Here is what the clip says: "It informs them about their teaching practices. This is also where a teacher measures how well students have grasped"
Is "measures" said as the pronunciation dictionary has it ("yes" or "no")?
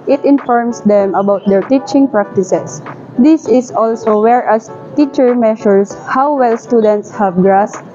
no